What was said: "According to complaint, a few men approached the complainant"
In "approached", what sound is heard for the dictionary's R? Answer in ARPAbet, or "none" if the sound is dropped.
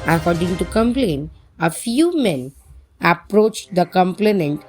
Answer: R